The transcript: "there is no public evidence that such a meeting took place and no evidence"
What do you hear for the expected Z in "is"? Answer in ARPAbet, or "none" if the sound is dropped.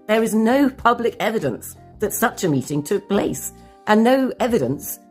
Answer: Z